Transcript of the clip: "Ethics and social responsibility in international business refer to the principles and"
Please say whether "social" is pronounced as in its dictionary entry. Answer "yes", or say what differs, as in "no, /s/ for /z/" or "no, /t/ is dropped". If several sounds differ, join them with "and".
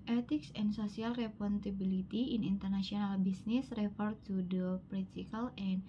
no, /s/ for /ʃ/